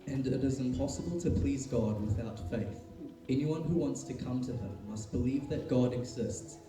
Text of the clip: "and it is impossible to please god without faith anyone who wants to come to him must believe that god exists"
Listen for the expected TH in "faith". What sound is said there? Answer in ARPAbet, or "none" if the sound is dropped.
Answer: TH